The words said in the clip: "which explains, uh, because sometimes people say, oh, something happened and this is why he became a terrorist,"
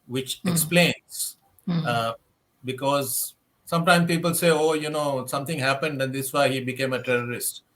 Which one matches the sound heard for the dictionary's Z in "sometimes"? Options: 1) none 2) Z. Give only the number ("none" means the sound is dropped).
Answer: 1